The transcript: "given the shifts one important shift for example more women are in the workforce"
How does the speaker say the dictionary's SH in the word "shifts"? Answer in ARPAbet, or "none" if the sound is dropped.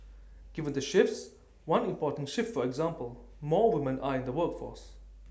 SH